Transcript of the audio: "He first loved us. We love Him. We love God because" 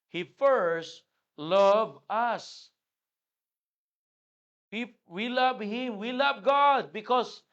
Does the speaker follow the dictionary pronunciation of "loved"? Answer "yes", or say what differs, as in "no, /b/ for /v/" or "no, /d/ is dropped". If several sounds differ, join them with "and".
no, /d/ is dropped